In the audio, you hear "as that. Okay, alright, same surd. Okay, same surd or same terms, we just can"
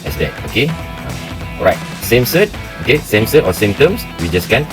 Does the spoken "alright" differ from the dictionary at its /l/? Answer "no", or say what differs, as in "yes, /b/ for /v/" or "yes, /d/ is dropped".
yes, /l/ is dropped